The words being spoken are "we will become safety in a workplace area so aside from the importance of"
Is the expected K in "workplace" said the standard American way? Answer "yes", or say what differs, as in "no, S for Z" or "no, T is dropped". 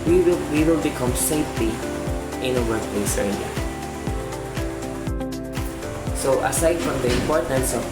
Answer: no, K is dropped